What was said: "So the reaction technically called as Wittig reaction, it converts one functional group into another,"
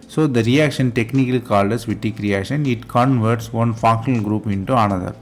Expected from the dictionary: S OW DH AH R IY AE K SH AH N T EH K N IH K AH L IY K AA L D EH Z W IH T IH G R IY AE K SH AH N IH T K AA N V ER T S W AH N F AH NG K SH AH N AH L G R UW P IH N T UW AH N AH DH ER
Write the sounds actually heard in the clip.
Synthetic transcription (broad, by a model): S OW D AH R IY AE K SH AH N T EH K N IH K AH L IY K AA L D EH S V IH T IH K R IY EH SH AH N IH T K AA N V ER T S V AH N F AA K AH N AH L G R UW P IH N T UW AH N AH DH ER